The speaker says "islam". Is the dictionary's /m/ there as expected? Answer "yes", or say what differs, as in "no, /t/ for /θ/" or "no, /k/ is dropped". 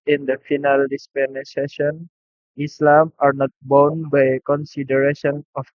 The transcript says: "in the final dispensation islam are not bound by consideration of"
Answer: yes